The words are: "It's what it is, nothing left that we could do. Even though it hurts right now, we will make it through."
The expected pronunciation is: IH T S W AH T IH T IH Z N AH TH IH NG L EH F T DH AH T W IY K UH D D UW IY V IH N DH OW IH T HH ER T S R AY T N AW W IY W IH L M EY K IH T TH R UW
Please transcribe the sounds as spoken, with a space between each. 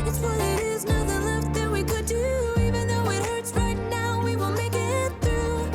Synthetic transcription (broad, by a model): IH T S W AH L IH T IH Z N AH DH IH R L EH F T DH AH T W IY K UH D D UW IY V IH N DH OW IH T HH ER T S R AY T N AW W IY W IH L M EY K IH T TH R UW